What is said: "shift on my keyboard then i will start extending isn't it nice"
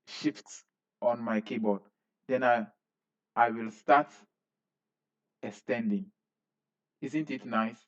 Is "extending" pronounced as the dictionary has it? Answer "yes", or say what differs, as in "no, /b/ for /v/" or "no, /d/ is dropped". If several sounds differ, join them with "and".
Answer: no, /k/ is dropped